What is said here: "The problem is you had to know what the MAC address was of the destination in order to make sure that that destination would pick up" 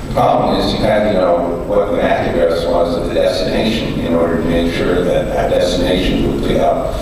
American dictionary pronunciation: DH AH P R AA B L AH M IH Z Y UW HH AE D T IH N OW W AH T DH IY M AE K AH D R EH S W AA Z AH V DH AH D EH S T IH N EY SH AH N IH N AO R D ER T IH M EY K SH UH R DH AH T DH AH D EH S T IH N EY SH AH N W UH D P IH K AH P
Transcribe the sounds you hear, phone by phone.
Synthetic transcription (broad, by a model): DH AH P R AA B L AH M IH Z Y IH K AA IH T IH N OW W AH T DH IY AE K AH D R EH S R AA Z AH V DH AH D EH S T IH N EY SH AH N IH N AO R D ER T IH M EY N SH UH R DH AH T DH AH D EH S T IH N EY SH AH N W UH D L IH AH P